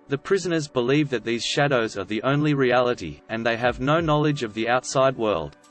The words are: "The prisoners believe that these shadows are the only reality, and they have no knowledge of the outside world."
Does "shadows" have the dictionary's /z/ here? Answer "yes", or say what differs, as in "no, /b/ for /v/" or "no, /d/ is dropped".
yes